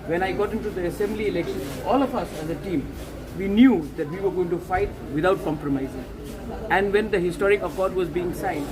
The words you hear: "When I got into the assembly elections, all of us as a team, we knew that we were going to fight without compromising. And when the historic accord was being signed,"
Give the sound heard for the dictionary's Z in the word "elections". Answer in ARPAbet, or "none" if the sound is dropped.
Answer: none